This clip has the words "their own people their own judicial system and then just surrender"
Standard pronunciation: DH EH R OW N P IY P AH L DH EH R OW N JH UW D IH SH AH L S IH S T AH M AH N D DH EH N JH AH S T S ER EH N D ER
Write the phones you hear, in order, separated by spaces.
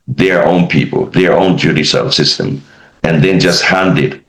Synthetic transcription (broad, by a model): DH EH R OW N P IY P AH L DH EH R OW N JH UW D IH S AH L S IH S T AH M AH N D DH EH N JH AH S T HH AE N D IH